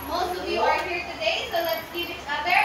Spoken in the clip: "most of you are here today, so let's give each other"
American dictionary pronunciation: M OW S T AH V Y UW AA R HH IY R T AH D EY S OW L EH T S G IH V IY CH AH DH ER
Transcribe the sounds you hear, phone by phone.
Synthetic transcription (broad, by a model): M OW S T AH V Y UW AA R HH IY R T AH D EY S OW L EH T S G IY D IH S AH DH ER